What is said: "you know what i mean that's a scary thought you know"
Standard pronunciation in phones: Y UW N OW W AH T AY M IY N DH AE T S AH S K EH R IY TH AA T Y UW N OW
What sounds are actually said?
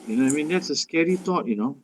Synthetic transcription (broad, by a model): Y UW N OW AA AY M IY N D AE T S AH S K EH R IY T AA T Y UW N OW